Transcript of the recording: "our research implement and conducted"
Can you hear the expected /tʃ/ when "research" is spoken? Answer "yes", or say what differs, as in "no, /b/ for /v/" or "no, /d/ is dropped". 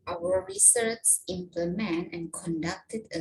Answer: no, /s/ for /tʃ/